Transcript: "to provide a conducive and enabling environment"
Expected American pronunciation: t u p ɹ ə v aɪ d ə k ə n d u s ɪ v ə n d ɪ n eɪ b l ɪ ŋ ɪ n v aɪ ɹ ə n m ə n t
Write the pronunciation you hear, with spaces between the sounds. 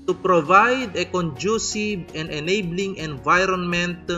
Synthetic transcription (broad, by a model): t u p ɹ ə v aɪ d ə k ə n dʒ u s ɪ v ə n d ɪ n eɪ b l ɪ ŋ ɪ n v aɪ ɹ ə n m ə n t